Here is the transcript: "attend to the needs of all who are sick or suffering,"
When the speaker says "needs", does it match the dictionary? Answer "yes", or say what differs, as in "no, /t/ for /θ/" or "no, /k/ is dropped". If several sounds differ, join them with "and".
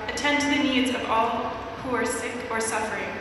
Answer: yes